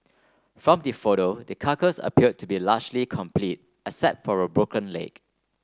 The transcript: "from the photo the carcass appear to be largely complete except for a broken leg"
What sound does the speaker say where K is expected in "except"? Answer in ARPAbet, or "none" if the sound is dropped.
none